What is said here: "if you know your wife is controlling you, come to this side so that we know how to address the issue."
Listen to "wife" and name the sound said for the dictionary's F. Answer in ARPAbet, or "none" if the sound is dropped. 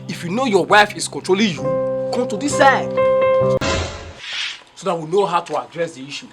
F